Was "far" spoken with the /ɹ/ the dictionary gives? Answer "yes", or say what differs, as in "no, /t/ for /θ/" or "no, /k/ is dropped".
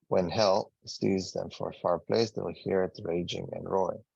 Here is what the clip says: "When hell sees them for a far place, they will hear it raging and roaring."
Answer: yes